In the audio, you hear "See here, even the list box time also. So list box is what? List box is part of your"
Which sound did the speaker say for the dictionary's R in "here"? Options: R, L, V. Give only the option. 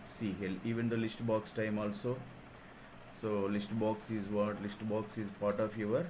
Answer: L